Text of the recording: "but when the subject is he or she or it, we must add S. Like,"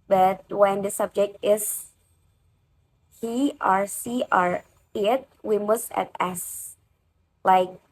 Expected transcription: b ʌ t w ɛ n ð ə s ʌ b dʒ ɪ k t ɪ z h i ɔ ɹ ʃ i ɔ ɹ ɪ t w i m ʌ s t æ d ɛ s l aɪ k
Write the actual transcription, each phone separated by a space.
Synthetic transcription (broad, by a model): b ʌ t w ɛ n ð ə s ʌ b dʒ ɪ k t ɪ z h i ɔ ɹ s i ɔ ɹ ɪ t w i m ʌ s t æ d ɛ s l aɪ k